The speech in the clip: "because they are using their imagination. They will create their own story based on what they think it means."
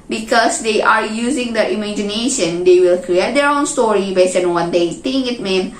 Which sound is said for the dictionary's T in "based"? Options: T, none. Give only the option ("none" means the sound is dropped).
none